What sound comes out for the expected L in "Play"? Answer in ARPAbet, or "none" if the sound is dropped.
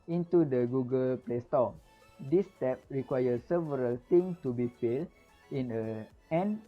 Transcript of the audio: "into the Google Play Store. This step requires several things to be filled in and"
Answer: L